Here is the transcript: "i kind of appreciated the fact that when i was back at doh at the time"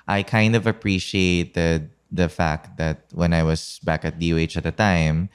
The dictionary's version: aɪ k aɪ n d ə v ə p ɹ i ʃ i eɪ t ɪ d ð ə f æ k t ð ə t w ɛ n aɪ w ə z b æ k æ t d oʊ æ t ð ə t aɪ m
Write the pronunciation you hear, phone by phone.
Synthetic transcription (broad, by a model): aɪ k aɪ n d ə v ə p ɹ i ʃ i eɪ t ɪ d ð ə f æ k t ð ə t w ɛ n aɪ w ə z b æ k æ t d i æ t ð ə t aɪ m